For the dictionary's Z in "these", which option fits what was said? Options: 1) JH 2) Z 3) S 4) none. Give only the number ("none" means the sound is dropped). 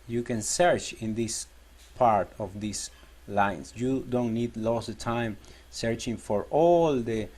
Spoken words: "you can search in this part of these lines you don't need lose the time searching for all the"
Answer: 3